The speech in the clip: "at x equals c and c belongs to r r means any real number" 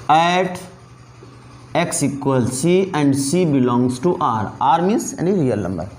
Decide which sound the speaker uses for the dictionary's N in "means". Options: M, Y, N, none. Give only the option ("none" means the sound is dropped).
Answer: none